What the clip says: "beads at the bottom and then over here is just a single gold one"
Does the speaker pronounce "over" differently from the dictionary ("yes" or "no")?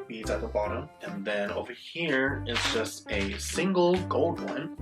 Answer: no